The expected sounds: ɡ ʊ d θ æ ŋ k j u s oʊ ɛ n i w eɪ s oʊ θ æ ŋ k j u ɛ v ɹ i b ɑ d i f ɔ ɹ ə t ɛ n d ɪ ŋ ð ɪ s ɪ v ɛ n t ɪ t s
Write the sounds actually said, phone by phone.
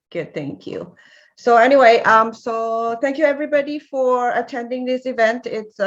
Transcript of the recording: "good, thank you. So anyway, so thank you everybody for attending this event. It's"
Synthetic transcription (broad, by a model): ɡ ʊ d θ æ ŋ k j u s oʊ ɛ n i w eɪ s oʊ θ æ ŋ k j u ɛ v ɹ i b ɑ d i f ɔ ɹ ə t ɛ n d ɪ ŋ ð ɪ s ɪ v ɛ n t ɪ t s